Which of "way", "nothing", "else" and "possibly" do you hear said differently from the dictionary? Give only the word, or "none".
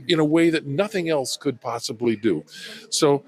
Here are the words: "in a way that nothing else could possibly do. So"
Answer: none